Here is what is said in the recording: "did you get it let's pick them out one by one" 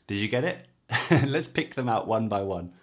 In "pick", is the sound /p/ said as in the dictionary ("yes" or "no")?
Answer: yes